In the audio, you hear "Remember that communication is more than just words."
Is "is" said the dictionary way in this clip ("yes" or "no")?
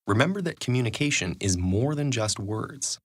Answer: yes